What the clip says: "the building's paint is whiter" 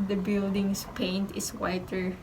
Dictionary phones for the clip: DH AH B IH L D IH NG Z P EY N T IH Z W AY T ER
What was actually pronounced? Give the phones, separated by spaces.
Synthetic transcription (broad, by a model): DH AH B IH L D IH NG S P EY N T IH S W AY T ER